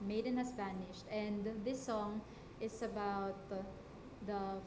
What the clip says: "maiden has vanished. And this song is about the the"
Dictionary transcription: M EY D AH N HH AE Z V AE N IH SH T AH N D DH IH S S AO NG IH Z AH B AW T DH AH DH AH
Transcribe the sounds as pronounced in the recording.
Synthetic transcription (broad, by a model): M EY D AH N HH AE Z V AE N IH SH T AH N D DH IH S S AO NG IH S AH B AW T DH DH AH